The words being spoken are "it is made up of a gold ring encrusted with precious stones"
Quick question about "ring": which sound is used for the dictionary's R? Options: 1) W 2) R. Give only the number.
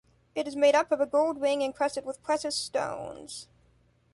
1